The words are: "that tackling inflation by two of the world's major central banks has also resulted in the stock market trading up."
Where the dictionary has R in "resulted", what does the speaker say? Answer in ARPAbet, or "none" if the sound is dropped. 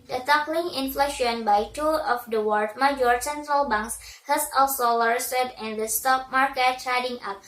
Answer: L